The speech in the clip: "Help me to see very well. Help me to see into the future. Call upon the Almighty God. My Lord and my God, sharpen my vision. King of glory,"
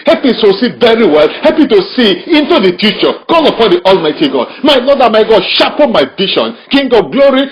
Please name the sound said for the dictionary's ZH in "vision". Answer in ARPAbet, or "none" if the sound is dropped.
SH